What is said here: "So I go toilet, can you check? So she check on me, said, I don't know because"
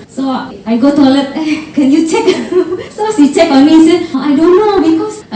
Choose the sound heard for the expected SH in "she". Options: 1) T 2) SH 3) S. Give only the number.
3